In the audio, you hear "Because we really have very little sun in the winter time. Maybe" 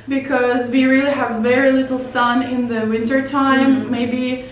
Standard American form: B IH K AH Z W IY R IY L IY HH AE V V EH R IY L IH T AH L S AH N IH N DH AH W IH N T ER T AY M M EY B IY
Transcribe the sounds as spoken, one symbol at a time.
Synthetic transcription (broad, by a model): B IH K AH Z W IY R IY L IY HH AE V V EH R IY L IH T L S AH N IH N DH AH W IH N T ER T AY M M EY B IY